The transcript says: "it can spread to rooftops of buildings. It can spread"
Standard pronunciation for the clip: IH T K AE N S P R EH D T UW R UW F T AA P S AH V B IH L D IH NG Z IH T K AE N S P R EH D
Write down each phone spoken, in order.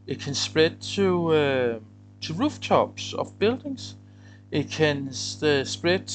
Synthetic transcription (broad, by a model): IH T K AE N S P R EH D S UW R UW F S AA B S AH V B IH L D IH NG S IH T K AE N S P R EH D